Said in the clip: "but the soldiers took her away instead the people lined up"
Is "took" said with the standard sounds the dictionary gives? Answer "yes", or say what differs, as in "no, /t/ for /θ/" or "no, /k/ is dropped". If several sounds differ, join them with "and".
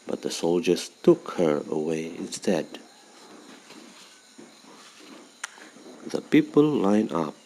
yes